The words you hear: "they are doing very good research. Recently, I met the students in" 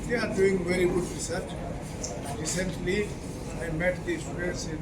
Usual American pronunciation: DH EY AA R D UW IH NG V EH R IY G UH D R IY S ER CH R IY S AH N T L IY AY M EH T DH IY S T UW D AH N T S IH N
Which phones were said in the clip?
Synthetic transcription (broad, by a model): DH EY AA R D UW IH NG V EH R IY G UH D R IY S ER CH R IY S AH N T L IY AY M EH T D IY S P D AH T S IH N